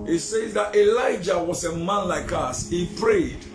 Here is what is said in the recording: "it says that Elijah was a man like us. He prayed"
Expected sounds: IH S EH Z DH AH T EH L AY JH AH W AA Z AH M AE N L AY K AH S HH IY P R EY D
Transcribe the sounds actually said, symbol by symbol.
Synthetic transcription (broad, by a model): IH S EH Z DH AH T EH L AY JH AH W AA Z AH M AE N L AY K AH S HH IY P R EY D